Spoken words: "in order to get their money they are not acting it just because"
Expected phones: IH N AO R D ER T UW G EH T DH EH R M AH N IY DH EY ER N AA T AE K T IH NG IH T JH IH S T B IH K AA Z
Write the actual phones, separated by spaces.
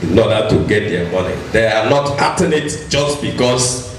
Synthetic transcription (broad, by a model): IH N AO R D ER T UW G EH T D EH M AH N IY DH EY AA N AA T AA T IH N IH T JH IH S T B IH K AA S